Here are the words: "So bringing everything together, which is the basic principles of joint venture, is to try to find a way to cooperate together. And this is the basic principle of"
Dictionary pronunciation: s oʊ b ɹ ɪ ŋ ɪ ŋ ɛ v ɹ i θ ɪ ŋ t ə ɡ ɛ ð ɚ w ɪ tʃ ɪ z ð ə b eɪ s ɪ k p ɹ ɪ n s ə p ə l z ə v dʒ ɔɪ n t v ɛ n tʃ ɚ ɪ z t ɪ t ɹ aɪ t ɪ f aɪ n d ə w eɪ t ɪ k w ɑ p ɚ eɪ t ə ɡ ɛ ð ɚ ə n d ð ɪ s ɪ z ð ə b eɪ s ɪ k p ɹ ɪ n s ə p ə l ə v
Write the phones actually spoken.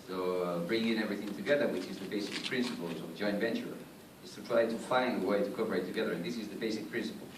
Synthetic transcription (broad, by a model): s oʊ b ɹ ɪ ŋ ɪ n ɛ v ɹ i θ ɪ ŋ t ə ɡ ɛ ð ɚ w ɪ tʃ ɪ z ð ə b eɪ s ɪ k p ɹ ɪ n s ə p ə l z ə v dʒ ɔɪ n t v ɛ n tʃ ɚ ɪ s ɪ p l aɪ t ɪ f aɪ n ə w eɪ t ɪ k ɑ p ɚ eɪ t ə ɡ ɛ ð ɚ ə n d ð ɪ s ɪ z ð ə b eɪ s ɪ k p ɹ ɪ n s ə p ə l